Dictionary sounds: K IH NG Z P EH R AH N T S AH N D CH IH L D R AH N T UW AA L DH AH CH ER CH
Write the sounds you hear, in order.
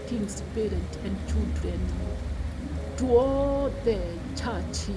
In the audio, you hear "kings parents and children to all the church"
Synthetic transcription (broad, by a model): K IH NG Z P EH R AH N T AH N D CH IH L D R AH N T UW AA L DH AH CH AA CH